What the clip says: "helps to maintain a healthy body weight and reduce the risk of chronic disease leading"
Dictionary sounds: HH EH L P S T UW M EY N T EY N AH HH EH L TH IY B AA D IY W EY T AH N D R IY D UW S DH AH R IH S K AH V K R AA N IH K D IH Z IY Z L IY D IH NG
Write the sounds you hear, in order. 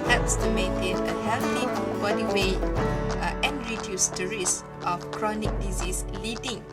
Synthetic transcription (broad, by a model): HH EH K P S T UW M EY N T EY N AH HH EH L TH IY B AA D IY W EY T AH N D R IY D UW S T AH R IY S AH F K R AA N IH K D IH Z IY S L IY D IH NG